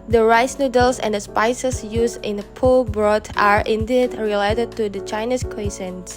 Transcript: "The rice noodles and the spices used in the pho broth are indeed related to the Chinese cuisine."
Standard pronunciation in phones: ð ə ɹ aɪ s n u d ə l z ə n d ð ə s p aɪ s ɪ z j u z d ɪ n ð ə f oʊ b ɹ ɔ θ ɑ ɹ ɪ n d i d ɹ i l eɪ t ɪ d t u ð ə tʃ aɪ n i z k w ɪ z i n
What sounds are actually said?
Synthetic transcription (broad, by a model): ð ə ɹ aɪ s n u d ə l s ə n d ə s p aɪ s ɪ s j u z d ɪ n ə p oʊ b ɹ ɔ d ɑ ɹ ɪ n d i d ɹ i l eɪ t ɪ d t u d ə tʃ aɪ n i s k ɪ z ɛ n